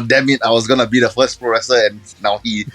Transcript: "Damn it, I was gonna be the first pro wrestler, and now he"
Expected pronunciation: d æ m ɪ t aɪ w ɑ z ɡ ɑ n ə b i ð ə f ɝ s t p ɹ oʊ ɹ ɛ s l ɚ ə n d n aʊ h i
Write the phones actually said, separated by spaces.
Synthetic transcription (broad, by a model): d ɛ m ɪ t aɪ w ɑ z ɡ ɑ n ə b i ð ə f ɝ s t p ɹ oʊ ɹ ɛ s ɚ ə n n aʊ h i